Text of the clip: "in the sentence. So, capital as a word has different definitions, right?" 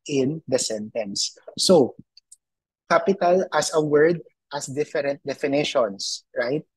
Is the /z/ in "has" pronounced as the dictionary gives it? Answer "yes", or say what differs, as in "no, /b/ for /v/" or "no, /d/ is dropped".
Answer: no, /s/ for /z/